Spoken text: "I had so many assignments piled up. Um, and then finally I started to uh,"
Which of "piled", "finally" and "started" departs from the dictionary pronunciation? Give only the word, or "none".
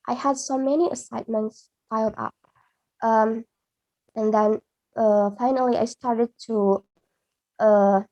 piled